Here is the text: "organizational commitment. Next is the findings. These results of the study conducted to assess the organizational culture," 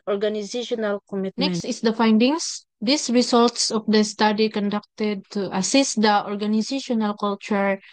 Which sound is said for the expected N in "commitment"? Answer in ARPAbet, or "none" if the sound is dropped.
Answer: none